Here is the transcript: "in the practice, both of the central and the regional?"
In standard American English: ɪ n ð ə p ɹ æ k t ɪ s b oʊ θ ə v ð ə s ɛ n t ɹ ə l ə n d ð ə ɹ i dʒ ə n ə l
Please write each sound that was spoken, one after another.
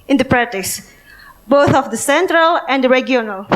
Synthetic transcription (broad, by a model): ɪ n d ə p ɹ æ t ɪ s b oʊ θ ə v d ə s ɛ n t ɹ ə l ə n d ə ɹ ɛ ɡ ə n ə l